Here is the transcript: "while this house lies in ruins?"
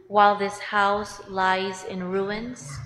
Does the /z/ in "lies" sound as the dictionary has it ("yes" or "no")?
yes